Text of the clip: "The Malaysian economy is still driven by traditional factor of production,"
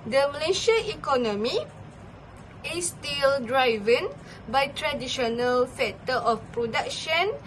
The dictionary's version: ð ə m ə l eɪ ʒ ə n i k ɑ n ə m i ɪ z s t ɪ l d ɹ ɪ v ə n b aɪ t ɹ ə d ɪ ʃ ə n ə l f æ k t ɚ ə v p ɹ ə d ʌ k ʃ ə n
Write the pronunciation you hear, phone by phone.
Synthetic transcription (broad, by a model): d ə m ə l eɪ ʃ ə i k ɑ n ə m i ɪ s t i l d ɹ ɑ v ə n b aɪ t ɹ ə d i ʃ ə n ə l f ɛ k t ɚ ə f p ɹ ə d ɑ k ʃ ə n